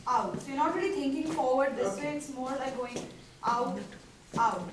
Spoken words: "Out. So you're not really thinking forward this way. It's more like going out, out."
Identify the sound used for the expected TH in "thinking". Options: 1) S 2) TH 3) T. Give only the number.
3